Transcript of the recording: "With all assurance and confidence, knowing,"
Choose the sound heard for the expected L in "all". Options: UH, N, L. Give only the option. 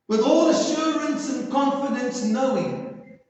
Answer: L